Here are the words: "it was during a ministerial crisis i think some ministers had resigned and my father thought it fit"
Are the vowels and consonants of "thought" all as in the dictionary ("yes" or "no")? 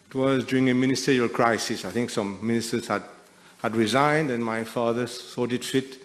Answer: no